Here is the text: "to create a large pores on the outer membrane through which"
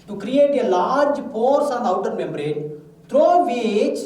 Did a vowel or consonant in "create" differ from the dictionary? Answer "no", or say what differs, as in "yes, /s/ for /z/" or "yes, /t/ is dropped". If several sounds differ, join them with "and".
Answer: no